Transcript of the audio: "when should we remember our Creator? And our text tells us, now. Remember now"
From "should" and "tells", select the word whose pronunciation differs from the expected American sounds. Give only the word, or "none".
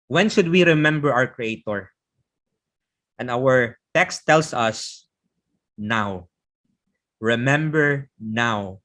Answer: tells